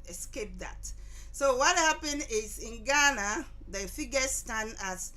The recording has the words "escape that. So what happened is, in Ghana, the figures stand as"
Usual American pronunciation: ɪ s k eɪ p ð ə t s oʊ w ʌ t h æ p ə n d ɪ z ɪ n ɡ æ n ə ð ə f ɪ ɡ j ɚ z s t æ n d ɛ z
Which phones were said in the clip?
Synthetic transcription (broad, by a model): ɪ s k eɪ p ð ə t s oʊ w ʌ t h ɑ p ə n ɪ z ɪ n ɡ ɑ n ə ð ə f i ɡ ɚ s t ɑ n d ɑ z